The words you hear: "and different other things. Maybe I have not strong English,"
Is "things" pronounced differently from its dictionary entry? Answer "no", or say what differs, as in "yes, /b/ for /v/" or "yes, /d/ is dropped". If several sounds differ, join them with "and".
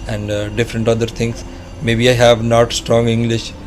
yes, /t/ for /θ/